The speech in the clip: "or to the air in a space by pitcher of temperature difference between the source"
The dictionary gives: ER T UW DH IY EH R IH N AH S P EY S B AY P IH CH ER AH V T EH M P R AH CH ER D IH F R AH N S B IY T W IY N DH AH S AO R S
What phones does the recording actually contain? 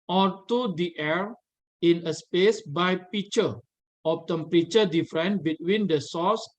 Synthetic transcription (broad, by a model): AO T UW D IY EH R IH N AH S P EY S B AY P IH CH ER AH F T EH M P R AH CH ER D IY F R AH N B IY T W IY N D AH S AO S